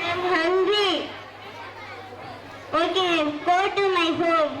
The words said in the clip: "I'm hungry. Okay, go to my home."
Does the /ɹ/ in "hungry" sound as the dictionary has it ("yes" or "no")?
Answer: no